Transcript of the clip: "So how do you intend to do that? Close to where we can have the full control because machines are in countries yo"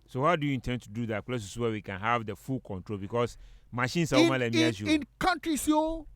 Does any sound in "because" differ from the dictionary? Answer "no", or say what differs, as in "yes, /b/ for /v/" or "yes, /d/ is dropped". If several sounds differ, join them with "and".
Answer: yes, /s/ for /z/